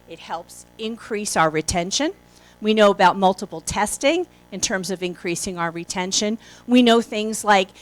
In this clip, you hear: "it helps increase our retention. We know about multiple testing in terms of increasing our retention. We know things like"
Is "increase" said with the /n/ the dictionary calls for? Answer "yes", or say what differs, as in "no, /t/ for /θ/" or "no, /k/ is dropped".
yes